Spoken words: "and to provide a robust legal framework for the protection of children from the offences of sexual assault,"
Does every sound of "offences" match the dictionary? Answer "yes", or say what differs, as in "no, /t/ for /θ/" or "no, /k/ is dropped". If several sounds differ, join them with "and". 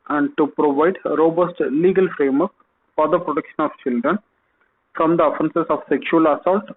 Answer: no, /s/ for /z/